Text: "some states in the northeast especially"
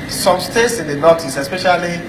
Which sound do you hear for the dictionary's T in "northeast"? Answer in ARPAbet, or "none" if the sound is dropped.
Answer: none